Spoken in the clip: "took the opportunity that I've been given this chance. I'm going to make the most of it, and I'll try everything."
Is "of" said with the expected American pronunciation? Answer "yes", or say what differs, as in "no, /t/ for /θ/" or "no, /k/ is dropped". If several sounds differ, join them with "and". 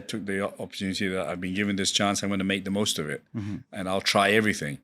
yes